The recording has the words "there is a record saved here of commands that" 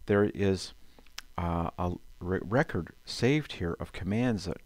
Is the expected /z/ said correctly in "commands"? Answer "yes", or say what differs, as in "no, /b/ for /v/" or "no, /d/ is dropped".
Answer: yes